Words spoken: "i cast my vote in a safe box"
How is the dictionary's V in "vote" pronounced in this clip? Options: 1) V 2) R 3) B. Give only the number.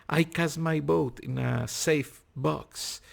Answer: 3